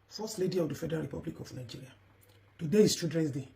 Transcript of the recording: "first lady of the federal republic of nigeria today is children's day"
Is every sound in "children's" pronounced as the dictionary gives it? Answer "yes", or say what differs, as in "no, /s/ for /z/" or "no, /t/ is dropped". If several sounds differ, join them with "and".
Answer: no, /l/ is dropped